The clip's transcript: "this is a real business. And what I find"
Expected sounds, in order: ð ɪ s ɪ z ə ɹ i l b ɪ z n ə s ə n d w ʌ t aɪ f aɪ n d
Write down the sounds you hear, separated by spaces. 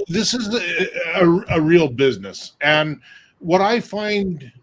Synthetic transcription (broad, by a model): ð ɪ s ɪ z ə ɹ i l b ɪ z n ə s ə n w ʌ t aɪ f aɪ n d